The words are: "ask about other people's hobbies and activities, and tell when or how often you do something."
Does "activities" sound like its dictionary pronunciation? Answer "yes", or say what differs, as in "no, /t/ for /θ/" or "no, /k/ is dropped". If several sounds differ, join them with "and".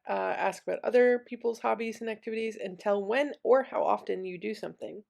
yes